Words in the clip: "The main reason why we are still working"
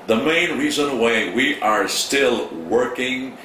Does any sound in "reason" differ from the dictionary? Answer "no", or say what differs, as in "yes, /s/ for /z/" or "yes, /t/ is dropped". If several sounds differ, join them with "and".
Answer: no